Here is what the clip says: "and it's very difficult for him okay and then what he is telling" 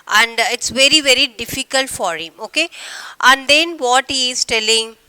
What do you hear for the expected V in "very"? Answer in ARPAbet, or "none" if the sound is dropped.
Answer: V